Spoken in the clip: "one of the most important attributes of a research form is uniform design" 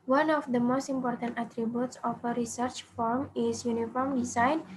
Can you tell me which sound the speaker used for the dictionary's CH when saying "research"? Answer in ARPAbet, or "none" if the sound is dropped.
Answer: CH